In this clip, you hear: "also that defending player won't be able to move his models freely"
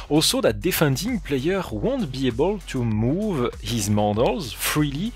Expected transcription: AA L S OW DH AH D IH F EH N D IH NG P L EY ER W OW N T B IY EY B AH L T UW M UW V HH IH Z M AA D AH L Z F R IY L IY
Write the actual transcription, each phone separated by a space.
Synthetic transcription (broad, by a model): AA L S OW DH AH D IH F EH N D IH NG P L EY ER W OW N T B IY EY B AH L T UW M UW V HH IH Z M AA D AH L Z F R IY L IY